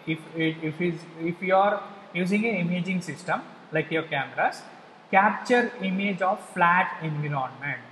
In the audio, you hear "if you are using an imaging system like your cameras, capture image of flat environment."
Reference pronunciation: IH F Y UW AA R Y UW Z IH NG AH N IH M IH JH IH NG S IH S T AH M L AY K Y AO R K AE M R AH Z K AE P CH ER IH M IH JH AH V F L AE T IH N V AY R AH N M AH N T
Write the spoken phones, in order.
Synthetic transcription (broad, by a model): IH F Y UW AA R Y UW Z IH NG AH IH M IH JH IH NG S IH S T AH M L AY K Y AO R K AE M R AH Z K AE P CH ER IH M IH JH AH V F L AE T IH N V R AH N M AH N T